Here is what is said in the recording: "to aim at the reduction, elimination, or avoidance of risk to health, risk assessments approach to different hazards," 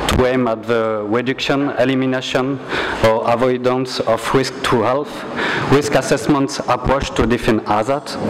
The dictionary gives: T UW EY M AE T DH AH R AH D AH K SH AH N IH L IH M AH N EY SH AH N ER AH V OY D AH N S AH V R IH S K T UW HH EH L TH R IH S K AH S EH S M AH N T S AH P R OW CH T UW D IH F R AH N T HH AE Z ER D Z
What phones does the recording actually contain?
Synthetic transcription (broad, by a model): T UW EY M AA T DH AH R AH D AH K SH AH N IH L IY M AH N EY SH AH N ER AH V OY D AH N S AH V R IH S K T UW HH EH L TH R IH S K AH S EH S M AH N T S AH P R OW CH T UW D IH F AH N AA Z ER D